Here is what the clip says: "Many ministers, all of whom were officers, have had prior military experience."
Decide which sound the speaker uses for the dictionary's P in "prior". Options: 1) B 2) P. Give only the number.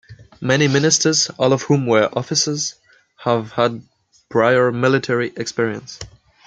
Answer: 1